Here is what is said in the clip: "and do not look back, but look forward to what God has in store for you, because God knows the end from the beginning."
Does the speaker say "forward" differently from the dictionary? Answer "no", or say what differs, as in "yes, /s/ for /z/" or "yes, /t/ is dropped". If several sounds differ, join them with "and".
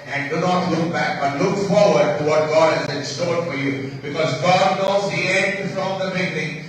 no